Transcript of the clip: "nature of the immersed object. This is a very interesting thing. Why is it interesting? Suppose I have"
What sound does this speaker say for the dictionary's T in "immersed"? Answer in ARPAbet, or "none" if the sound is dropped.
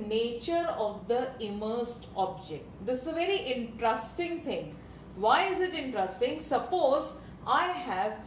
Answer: T